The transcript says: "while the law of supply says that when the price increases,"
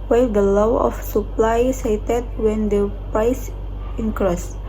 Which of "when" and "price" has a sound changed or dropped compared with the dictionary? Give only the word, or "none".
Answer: price